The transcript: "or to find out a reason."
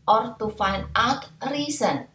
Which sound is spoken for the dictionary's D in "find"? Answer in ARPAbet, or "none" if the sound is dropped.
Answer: none